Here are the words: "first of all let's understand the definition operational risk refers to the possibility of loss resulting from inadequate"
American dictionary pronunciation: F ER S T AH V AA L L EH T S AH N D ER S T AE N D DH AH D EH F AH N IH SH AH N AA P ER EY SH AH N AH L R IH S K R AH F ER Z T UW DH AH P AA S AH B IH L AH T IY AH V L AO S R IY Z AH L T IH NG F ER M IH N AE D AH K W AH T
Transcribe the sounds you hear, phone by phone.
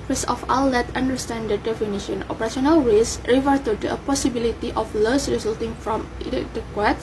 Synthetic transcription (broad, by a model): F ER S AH F AA L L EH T AH N D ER S T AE N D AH D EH F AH N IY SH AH N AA P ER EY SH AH N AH L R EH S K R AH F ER T UW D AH P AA S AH B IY L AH T IY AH F L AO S R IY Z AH L T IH NG F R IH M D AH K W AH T